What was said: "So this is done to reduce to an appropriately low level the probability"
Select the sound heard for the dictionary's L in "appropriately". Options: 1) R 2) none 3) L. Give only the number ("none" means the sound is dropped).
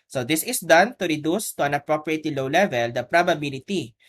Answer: 2